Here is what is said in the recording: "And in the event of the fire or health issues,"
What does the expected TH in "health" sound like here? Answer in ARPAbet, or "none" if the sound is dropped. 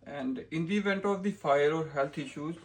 T